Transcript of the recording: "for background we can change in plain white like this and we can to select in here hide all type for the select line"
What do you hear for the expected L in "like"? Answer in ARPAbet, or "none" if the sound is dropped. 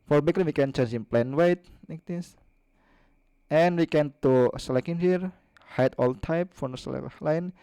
N